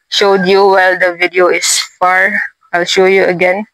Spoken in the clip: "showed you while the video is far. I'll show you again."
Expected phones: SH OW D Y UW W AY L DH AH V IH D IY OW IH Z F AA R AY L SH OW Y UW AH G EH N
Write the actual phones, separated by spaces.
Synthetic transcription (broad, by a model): SH OW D Y UW W AY L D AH V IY D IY OW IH S F AA R AY L SH OW Y UW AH G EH N